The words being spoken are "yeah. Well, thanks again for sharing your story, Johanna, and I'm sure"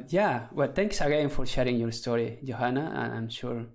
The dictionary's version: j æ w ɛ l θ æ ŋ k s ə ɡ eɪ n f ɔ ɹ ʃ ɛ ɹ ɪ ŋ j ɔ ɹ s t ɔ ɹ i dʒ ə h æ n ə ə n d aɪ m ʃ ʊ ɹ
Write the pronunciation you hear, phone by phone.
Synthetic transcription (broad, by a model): j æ w ɛ l t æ ŋ k s ə ɡ eɪ n f ɔ ɹ ʃ ɛ ɹ ɪ ŋ j ɔ ɹ s t ɔ ɹ i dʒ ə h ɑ n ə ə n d aɪ m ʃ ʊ ɹ